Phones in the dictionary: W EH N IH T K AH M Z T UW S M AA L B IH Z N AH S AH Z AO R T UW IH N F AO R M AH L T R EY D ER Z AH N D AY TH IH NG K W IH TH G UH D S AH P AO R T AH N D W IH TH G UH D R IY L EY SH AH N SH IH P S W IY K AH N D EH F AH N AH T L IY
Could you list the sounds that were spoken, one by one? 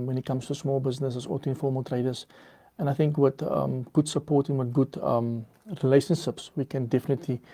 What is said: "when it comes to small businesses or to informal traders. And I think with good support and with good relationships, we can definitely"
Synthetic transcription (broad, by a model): W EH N IH T K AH M S T UW S M AA L B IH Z N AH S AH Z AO L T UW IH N F AO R M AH L T R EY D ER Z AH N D AY TH IH NG K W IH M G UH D S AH P AO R T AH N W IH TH G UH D R IY L EY SH AH N SH IH P S W IY K AH N D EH F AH N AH T L IY